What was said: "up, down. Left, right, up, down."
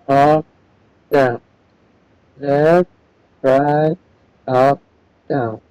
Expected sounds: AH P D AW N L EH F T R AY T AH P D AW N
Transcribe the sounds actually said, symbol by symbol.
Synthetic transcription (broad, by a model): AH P D AW N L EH T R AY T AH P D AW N